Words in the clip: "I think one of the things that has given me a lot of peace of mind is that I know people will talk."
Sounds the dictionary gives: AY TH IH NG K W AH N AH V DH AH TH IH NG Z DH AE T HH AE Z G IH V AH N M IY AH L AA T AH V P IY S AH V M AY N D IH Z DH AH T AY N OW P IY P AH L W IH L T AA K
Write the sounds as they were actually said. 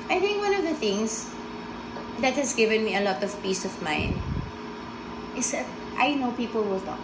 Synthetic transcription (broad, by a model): AY TH IH NG K W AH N AH V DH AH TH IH NG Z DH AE T HH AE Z G IH V AH N M IY AH L AA T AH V P IY S AH V M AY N IH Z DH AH T AY N OW P IY P AH L W IH L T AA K